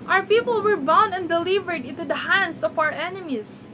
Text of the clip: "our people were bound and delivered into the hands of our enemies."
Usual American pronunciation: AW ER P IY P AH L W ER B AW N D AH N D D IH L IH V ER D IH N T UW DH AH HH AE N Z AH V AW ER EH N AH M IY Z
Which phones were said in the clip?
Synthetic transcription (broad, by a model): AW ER P IY P AH L W ER B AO N AH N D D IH L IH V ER D IH N T UW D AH HH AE N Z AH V AW ER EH N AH M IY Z